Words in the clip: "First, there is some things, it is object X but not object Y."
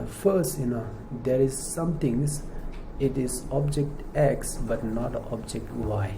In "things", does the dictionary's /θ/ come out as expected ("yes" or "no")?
no